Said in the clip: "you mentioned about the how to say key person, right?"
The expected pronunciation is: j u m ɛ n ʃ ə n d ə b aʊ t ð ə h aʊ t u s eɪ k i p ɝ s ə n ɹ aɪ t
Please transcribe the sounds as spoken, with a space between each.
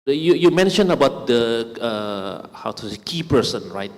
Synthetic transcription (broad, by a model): j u m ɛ n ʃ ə n ə b aʊ t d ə h aʊ t u s eɪ k i p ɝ s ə n ɹ aɪ t